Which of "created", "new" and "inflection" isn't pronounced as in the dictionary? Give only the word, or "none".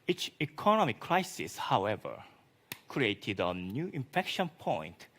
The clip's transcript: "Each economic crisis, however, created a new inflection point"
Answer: inflection